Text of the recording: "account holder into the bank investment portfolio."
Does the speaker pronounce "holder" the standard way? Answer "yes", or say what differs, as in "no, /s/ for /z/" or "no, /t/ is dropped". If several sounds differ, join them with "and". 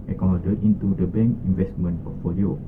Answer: no, /l/ is dropped